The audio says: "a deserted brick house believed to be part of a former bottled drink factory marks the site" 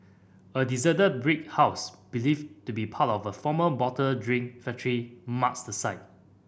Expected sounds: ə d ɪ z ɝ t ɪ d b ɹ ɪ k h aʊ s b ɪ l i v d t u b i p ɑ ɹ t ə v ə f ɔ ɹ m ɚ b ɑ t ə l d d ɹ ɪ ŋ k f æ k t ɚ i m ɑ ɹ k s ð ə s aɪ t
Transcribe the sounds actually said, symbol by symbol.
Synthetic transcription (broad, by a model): ə d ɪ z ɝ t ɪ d b ɹ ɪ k h aʊ s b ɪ l i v t u b i p ɑ t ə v ə f ɔ m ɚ b ɑ t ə d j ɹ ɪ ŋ f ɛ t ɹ i m ɑ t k s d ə s aɪ t